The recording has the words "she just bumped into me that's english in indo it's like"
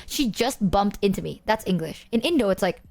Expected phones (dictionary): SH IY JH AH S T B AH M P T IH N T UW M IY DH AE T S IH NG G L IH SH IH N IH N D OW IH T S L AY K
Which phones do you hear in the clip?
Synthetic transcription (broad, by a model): SH IY JH AH S T B AH M P T IH N T UW M IY DH AE T S IH NG G L IH SH IH N IH N D OW IH T S L AY K